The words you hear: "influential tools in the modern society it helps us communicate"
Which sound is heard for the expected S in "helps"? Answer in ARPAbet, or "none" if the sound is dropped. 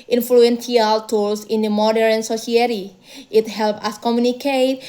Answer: none